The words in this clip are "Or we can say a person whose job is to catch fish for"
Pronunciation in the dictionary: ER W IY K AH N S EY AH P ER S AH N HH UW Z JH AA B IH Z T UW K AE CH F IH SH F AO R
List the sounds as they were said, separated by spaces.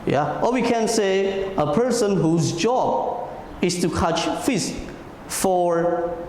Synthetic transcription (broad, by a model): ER W IY K AH N S EY AH P ER S AH N HH UW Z JH AA B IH S T UW K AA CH F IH S F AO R